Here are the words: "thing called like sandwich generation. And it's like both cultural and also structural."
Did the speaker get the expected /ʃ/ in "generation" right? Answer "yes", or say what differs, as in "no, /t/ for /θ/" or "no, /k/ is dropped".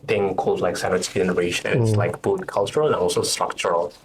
no, /ʃ/ is dropped